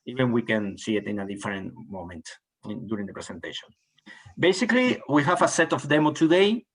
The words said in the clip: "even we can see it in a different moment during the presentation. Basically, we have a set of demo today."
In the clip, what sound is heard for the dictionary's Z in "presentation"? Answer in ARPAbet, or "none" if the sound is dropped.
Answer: S